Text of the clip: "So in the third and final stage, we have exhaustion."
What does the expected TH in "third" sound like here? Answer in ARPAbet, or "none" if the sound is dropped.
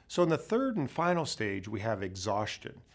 TH